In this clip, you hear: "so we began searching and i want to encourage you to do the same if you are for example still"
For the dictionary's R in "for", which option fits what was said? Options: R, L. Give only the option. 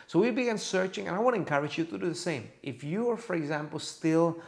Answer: R